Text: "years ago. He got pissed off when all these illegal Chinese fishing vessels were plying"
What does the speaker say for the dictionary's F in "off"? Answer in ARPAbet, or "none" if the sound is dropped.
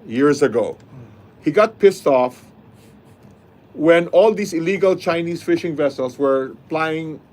F